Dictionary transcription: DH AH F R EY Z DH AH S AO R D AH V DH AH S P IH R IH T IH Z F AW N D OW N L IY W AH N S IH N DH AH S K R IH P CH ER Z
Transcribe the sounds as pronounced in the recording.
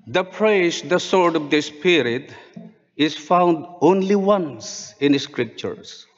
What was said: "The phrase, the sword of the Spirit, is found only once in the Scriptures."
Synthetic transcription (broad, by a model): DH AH P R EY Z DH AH S AO R D AH V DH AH S P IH R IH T IH Z F AW N D OW N L IY W AH N S IH N S K R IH P CH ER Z